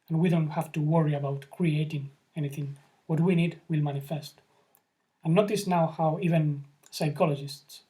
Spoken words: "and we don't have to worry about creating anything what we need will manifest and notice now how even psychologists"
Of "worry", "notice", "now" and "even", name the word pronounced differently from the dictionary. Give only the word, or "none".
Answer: none